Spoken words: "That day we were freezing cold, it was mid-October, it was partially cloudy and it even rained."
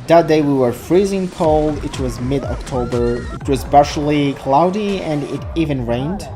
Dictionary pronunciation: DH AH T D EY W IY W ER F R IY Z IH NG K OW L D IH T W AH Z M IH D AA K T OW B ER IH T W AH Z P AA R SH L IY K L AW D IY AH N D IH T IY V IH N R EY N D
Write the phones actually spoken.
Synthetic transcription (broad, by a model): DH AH T D EY W IY W ER F R IY Z IH NG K OW L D IH T W AH Z M IH D AA K T OW B ER IH T W AH Z B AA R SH L IY K L AW D IY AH N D IH T IY V IH N R EY N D